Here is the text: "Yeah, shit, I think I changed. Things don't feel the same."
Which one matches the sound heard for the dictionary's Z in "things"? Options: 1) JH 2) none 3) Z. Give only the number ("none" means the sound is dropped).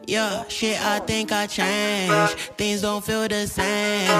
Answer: 3